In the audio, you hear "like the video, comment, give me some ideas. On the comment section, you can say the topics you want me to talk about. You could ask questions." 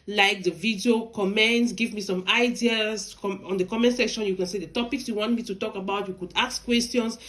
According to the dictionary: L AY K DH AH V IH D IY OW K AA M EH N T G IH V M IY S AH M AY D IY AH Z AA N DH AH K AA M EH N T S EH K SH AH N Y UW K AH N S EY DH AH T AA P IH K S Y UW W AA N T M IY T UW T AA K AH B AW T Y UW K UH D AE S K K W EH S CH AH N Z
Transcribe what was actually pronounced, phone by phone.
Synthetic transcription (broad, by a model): L AY K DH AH V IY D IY OW K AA M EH N T G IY V M IY S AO M AY D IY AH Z AA N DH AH K AA M EH N T S EH K SH AH N Y UW K AH N S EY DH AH T AA P IH K S Y UW W AA N T M IY T UW T AA K AH B AW T Y UW K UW D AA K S K W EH S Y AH N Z